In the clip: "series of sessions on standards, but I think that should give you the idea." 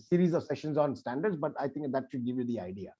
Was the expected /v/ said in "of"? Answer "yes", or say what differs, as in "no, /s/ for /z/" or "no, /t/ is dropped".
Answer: yes